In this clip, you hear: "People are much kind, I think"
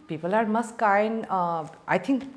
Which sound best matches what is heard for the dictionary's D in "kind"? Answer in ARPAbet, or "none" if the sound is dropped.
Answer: none